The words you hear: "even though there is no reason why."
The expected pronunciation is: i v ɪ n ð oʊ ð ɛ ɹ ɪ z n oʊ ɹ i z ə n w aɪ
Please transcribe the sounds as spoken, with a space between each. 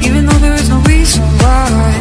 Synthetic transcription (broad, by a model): i v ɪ n ð oʊ ð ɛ ɹ ɪ z n oʊ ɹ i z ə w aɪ